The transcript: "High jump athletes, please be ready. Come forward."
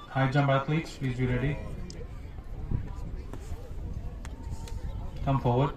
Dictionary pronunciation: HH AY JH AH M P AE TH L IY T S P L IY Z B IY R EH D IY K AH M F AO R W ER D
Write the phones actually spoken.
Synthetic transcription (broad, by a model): HH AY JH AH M B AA T L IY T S P L IY Z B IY R EH D IY K AH M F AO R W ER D